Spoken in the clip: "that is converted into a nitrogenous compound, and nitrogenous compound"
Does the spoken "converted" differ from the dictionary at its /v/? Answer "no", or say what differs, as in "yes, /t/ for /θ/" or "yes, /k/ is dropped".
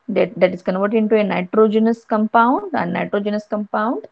no